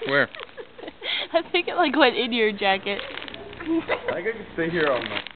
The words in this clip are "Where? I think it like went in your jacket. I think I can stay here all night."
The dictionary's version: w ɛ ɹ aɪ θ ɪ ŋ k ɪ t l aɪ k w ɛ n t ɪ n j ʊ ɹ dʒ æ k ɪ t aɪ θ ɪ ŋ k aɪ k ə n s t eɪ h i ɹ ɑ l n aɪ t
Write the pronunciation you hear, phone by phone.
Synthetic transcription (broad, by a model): w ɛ ɹ aɪ θ ɪ ŋ k ɪ t l aɪ k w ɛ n ɪ n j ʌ ɹ dʒ æ k ɪ t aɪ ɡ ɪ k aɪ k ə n s t eɪ h i ɹ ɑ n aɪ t